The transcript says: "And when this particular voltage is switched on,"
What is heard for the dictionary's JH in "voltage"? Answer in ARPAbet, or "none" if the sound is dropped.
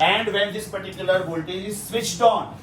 none